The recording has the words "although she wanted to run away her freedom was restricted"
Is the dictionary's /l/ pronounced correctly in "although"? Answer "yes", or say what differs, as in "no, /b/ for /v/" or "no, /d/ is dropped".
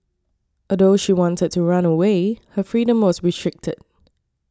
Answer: no, /l/ is dropped